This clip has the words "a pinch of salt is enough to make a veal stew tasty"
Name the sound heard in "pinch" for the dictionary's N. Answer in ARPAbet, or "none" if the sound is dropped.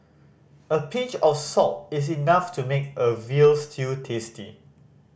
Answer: none